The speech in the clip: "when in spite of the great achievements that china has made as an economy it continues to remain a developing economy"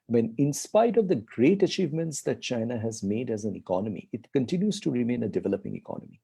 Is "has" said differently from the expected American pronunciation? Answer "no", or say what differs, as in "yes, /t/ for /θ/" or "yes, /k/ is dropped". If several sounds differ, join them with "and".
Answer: no